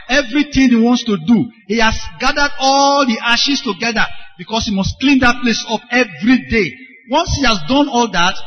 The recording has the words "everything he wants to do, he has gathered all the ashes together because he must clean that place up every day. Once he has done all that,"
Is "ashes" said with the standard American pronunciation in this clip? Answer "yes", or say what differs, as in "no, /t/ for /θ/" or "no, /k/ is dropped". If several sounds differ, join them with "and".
no, /s/ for /z/